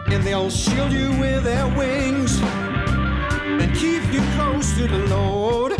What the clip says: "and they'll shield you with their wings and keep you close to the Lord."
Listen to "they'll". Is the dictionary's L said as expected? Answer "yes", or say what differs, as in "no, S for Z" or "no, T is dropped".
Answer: yes